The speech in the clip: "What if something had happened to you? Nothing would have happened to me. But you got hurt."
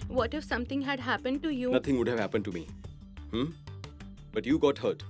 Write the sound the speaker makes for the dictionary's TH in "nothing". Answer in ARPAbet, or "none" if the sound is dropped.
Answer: T